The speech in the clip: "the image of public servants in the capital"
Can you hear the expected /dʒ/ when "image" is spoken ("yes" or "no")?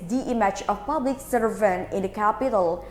no